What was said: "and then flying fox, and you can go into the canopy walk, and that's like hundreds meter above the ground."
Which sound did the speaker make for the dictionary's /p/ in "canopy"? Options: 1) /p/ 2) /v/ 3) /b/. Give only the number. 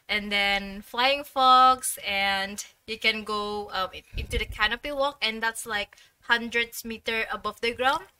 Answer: 1